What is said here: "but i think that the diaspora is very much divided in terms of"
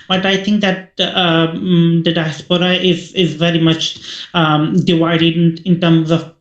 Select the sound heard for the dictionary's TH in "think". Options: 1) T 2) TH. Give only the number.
2